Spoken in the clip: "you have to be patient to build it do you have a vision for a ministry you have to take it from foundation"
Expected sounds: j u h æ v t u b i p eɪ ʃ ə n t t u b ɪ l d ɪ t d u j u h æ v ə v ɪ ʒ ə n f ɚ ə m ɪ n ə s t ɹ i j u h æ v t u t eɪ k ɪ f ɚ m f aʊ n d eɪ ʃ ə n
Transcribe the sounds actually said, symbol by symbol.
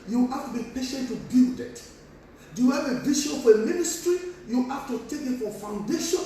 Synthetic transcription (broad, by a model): j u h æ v t u b i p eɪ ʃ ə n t t u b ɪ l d ɪ t d u j u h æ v ə b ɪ ʃ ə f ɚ ə m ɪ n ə s t ɹ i j u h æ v t u t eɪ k ɪ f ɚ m f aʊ n d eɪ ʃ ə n